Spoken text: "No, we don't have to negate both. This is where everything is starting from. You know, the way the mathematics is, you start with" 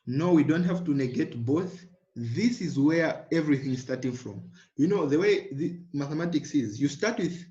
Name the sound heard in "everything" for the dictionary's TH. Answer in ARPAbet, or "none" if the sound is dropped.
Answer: TH